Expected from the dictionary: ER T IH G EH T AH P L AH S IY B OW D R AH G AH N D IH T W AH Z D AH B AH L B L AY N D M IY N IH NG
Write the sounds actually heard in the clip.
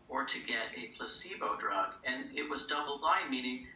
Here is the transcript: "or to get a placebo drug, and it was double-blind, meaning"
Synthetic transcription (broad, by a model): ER T IH G EH T AH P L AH S IY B OW D R AH G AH N IH T W AH Z D AH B L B AY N M IY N IH NG